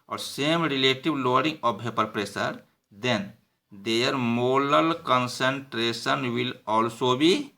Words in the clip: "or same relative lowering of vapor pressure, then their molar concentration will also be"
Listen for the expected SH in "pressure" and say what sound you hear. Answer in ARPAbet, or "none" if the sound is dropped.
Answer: S